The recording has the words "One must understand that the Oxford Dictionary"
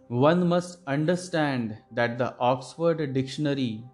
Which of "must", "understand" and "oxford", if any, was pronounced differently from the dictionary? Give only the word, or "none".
none